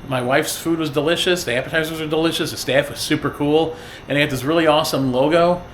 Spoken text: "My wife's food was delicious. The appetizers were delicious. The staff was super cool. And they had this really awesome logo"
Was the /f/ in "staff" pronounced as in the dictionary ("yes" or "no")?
yes